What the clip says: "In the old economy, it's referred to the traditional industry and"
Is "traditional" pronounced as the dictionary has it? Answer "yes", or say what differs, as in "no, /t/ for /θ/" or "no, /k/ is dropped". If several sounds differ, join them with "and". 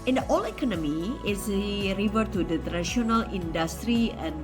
no, /ʃ/ is dropped